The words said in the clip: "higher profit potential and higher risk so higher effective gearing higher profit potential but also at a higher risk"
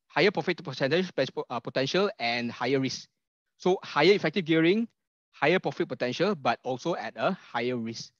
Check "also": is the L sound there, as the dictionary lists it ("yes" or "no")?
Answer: yes